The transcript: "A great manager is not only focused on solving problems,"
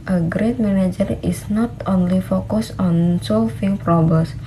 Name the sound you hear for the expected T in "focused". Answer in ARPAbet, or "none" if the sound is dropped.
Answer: none